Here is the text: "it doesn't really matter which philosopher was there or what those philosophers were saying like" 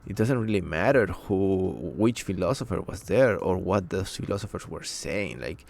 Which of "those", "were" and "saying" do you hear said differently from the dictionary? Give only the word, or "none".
those